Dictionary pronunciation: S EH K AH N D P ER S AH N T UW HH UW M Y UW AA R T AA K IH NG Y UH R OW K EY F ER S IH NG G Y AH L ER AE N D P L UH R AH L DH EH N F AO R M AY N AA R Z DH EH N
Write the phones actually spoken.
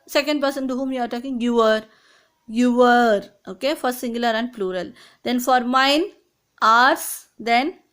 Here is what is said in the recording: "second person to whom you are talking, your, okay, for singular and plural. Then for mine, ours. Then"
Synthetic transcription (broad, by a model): S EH K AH N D P ER S AH N T UW HH UW M Y UW AA R T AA K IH NG Y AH R OW K EY F ER S IH NG G Y AH L ER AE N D P L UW R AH L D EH N F AO R M AY N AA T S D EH N